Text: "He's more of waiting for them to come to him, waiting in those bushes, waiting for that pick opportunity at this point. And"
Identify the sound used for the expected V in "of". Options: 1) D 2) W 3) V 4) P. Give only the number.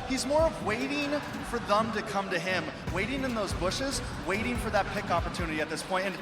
3